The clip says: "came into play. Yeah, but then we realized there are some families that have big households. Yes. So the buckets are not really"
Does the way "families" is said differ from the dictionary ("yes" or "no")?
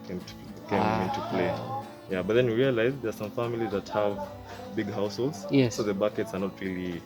no